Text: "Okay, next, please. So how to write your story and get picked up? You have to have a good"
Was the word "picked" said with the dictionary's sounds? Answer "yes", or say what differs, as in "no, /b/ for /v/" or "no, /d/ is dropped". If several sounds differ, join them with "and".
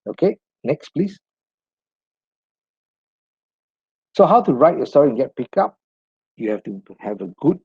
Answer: no, /t/ is dropped